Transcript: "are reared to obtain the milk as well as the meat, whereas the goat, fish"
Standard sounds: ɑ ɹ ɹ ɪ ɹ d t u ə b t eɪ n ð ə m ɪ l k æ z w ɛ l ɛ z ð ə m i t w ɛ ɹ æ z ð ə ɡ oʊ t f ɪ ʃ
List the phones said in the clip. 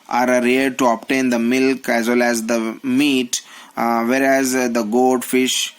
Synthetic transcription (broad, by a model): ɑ ɹ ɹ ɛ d t u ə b t eɪ n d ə m ɪ l k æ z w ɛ l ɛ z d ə m i t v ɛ ɹ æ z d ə ɡ oʊ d f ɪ ʃ